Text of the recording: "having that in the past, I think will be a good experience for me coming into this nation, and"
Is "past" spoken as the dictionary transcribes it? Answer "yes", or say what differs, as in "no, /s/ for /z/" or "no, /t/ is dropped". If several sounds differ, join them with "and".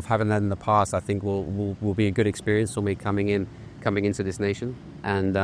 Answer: yes